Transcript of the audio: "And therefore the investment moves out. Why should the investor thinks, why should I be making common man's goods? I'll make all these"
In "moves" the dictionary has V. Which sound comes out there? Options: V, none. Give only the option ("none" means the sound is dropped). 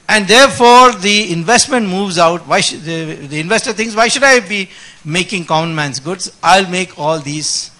V